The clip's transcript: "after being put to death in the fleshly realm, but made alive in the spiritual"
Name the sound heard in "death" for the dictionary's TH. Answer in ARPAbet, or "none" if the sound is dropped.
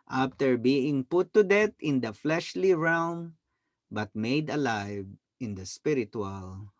T